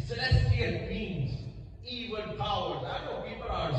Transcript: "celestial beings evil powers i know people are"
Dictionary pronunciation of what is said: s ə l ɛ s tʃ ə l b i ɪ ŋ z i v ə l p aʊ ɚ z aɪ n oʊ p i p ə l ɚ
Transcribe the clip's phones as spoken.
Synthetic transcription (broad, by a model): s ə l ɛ s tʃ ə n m i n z i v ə n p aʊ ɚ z aɪ n oʊ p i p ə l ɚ